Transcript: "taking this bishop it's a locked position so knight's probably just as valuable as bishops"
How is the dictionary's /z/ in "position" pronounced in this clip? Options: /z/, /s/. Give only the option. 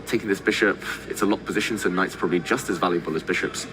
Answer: /z/